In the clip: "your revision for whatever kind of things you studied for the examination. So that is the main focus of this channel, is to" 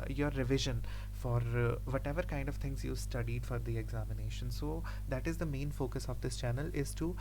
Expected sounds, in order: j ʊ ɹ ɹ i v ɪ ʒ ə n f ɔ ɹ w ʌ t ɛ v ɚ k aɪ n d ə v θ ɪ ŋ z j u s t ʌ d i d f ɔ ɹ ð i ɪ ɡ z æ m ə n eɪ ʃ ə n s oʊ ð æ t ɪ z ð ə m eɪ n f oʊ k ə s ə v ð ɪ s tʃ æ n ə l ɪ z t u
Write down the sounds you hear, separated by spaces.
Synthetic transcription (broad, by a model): j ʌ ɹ ɹ i v ɪ ʒ ə n f ɔ ɹ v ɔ t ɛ v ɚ k aɪ n d ə v t ɪ ŋ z j u s t ʌ d i d f ɔ ɹ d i ɪ ɡ z æ m ə n eɪ ʃ ə n s oʊ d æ t ɪ z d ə m eɪ n f oʊ k ə s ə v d ɪ s tʃ æ n ə l ɪ z t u